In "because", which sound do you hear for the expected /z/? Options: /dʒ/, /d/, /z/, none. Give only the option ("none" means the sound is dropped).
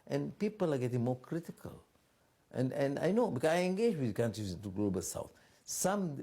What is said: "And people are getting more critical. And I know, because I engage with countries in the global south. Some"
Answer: none